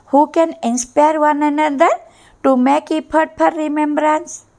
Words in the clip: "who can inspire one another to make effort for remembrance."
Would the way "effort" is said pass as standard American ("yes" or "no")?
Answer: no